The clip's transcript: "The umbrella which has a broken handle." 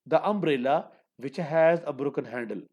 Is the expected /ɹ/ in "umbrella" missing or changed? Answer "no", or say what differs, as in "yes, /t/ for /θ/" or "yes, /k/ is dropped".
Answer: no